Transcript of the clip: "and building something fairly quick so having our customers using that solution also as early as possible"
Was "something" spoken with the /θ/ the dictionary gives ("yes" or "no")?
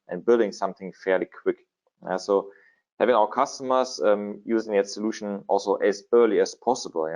yes